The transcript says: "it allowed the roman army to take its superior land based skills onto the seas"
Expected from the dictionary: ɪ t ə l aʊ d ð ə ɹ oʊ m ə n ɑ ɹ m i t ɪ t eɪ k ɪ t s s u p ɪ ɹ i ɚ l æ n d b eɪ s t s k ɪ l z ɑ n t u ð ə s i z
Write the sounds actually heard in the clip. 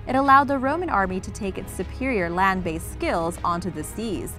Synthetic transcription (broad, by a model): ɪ t ə l aʊ d ð ə ɹ oʊ m ə n ɑ ɹ m i t ɪ t eɪ k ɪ t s s u p ɪ ɹ i ɚ l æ n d b eɪ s s k ɪ l z ɑ n t u ð ə s i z